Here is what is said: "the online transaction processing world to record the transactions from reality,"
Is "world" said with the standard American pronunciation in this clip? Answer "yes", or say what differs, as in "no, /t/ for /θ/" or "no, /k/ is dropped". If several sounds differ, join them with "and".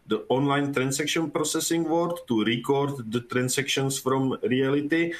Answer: no, /l/ is dropped